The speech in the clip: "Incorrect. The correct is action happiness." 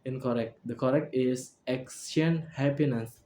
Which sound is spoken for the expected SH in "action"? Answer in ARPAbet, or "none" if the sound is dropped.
S